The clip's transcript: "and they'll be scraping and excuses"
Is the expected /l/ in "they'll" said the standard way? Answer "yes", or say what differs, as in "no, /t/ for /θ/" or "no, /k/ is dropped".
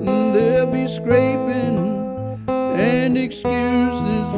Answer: yes